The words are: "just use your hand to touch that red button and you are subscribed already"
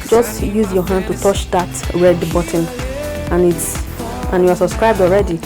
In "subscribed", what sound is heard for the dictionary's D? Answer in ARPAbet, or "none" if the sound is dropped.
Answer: D